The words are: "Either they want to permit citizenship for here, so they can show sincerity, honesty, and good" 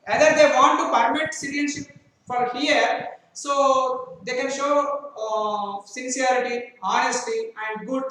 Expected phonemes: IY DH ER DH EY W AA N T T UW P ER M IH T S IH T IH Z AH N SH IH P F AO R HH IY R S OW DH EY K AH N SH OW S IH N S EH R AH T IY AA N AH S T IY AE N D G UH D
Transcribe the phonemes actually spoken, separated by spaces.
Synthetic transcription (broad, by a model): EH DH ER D EY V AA N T T UW P ER M IH T S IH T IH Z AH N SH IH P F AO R HH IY R S OW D EY K AH N SH OW S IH N S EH R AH T IY AA N AH S T IY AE N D G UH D